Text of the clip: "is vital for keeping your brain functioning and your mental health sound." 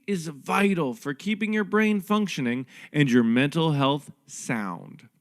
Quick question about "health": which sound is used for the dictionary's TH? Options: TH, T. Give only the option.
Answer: TH